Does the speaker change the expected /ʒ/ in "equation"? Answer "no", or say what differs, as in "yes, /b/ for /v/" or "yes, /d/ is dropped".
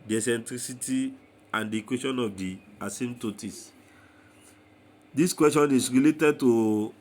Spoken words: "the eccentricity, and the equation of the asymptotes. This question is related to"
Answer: yes, /ʃ/ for /ʒ/